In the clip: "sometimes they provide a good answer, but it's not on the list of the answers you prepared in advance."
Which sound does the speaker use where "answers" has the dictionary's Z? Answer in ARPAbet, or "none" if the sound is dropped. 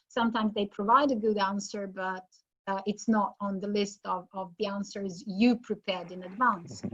Z